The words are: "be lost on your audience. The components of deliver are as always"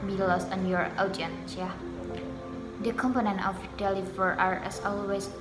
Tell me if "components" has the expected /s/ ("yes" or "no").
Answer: no